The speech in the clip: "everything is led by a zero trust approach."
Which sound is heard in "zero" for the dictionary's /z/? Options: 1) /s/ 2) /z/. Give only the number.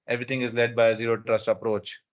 2